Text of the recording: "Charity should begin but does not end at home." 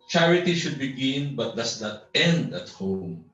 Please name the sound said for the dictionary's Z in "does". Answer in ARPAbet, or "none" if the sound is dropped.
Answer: S